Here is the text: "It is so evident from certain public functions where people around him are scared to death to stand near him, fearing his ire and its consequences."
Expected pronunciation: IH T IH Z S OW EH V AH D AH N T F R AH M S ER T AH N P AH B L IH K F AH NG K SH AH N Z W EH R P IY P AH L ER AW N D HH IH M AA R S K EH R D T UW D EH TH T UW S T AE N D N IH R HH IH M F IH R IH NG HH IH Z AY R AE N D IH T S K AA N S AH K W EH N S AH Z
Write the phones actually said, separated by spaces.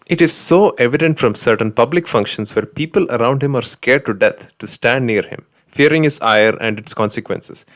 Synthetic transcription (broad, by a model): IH T IH Z S OW EH V AH D AH N T F R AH M S ER T AH N P AH B L IH K F AH NG K SH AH N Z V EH R P IY P AH L ER AW N D HH IH M AA R S K EH R D T UW D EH T T UW S T AE N D N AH R HH IH M F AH R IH NG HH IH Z AY R AE N D IH T S K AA N S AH K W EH N S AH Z